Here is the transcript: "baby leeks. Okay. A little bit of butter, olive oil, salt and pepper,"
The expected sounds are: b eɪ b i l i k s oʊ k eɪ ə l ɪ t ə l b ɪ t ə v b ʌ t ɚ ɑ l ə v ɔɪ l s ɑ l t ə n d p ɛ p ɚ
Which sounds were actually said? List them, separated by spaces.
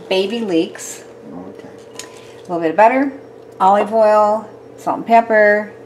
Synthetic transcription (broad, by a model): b eɪ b i l i k s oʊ ə l ɪ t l b ɪ t ə v b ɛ t ɚ ɑ l ə v ɔɪ l s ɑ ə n p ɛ p ɚ